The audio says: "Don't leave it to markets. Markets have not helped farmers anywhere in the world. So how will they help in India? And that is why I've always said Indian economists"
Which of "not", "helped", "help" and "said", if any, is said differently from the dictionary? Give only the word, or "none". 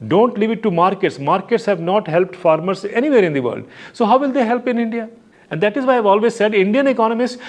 none